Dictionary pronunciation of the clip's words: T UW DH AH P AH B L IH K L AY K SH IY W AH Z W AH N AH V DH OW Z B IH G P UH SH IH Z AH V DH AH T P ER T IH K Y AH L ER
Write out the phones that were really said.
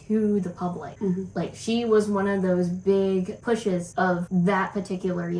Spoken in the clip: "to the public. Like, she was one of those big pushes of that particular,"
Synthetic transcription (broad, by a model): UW DH AH P AH B L IH K L AY K SH IY W AH Z W AH N AH V DH OW Z B IH G P UH SH IH Z AH V DH AH T P ER T IH K Y L ER